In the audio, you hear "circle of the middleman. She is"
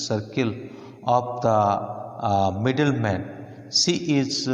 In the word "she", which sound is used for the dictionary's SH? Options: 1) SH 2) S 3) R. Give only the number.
2